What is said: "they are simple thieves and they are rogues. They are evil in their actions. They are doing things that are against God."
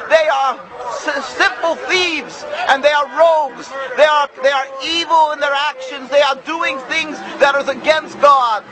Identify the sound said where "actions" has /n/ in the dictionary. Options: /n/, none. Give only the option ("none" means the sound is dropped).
/n/